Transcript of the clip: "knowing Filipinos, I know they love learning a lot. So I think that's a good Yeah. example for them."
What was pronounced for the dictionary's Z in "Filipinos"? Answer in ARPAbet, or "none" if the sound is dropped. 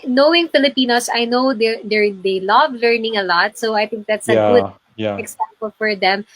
S